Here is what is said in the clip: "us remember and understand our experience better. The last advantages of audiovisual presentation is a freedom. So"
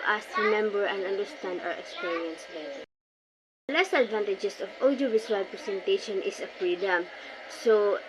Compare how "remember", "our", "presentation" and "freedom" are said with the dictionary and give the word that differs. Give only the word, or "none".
presentation